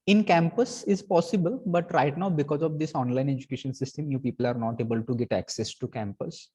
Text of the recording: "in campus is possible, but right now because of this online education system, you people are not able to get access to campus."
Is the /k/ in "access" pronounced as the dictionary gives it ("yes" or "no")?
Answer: yes